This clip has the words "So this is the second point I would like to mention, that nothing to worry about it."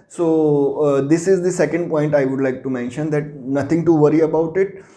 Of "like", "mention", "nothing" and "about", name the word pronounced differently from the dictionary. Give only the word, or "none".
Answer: nothing